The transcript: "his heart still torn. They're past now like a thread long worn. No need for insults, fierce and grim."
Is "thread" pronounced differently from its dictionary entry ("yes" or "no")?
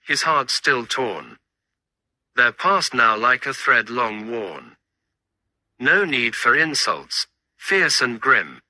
no